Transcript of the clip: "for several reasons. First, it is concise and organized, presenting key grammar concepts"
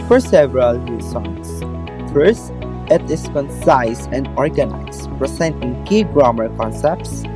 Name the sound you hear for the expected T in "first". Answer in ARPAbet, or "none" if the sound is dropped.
T